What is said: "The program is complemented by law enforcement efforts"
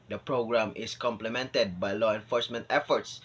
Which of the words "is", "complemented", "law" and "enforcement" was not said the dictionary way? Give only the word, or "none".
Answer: is